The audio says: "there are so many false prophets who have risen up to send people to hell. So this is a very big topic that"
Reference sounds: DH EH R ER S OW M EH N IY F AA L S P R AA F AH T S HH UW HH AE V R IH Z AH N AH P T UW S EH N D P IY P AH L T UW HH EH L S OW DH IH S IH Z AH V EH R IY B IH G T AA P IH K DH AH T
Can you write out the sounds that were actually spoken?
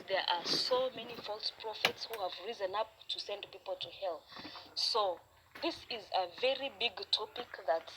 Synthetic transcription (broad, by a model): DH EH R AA S OW M EH N IY F AA L S P R AA F AH T S HH UW HH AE V R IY Z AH N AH P T UW S EH N D P IY P AH L T UW HH EH L S OW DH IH S IH Z AH V EH R IY B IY G T AA P IH K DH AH T